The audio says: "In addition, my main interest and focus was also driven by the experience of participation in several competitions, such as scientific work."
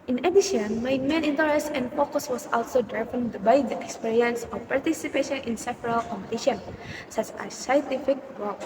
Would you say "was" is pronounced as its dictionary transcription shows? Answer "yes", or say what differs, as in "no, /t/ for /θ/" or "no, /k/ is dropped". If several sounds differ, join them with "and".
no, /s/ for /z/